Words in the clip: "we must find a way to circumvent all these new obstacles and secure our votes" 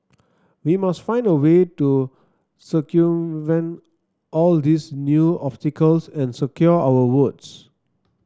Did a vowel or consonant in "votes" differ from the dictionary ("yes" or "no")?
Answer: yes